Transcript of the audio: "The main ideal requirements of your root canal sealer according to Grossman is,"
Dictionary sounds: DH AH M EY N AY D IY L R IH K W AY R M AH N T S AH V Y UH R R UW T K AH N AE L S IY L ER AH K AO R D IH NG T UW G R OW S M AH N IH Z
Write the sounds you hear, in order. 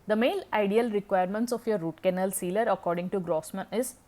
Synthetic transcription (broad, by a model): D AH M EY L AY D IY L R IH K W AY R M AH N T S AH F Y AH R R UW T K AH N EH L S IY L ER AH K AO R D IH NG T UW G R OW S M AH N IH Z